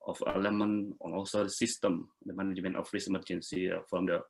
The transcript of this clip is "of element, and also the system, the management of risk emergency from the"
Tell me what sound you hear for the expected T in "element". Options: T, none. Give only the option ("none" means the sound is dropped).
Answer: none